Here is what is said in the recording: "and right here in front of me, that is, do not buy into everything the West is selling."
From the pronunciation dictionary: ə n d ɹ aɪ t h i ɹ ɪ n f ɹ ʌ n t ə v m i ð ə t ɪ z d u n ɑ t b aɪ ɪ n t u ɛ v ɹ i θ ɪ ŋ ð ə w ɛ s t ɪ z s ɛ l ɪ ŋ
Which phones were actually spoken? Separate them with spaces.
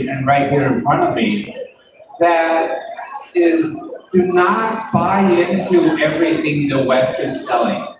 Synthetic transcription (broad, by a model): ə n ɹ aɪ t h i ɹ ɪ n f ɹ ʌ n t ə v m i ð ə t ɪ z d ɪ n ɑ t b aɪ ɪ n t u ɛ v ɹ i θ ɪ ŋ ð ə w ɛ s t ɪ z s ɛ l ɪ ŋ